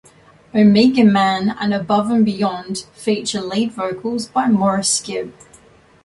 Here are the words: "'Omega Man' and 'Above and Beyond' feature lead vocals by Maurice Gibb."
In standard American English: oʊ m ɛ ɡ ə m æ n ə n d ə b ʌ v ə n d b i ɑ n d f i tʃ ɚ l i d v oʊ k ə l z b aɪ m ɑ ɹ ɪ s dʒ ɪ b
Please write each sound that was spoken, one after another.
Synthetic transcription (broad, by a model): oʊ m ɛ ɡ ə m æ n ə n ə b ʌ v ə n b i ɑ n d f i tʃ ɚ l i d v oʊ k ə l z b aɪ m ɑ ɹ ɪ s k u